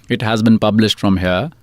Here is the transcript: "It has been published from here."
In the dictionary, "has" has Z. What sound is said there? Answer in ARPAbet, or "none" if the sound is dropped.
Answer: Z